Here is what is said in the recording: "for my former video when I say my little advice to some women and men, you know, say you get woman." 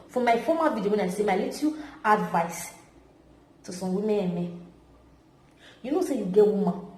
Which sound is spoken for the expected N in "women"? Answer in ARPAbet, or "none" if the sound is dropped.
none